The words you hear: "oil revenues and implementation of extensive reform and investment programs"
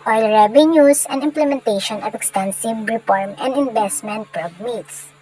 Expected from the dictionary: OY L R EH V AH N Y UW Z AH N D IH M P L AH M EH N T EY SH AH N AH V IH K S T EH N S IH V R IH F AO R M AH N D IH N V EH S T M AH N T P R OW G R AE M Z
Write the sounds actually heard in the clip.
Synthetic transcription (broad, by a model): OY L R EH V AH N Y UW S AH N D IH M P L AH M EH N T EY SH AH N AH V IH K S T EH N S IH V R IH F AO R M AH N D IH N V EH S T M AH N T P R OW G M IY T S